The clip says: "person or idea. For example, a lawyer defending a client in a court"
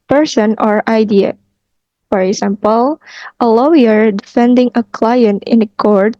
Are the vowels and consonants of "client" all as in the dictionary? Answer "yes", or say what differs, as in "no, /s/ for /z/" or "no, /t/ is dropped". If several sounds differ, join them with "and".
yes